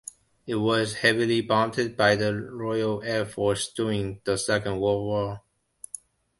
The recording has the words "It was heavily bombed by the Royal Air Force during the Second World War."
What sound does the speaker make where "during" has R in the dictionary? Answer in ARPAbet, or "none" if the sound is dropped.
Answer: none